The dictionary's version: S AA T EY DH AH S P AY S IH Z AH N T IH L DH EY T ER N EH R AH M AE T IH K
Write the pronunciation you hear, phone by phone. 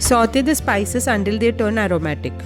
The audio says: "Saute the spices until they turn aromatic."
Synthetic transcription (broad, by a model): S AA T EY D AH S P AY S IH S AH N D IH L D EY T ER N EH R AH M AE T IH K